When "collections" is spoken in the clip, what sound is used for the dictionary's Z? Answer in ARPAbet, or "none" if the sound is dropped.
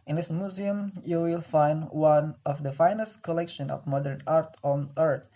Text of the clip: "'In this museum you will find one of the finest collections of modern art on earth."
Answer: none